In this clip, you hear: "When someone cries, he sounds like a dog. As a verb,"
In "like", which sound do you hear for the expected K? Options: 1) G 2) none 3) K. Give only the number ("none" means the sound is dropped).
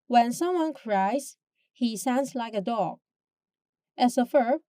3